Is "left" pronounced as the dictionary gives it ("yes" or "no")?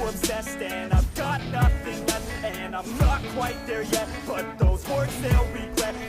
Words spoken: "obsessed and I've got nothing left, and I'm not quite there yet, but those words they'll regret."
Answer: no